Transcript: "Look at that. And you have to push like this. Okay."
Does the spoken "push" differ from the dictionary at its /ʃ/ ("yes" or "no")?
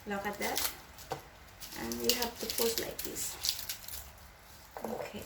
yes